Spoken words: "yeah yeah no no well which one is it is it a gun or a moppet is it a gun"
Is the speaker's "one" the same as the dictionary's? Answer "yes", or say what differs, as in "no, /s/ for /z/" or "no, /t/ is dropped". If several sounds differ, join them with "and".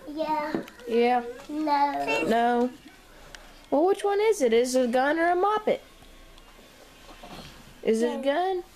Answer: yes